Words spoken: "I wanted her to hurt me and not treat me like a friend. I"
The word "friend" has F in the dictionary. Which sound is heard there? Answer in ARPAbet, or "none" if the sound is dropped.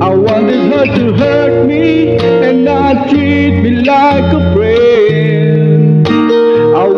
P